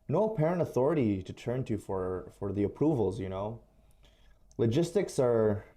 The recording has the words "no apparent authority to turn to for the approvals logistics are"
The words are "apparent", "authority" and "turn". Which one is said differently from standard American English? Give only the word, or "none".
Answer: none